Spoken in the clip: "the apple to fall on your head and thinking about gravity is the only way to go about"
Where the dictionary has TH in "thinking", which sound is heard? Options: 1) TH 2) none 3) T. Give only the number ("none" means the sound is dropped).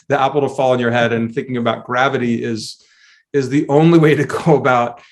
1